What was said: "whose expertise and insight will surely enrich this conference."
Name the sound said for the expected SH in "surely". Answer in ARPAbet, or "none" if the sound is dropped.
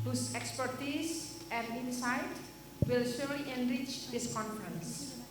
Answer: S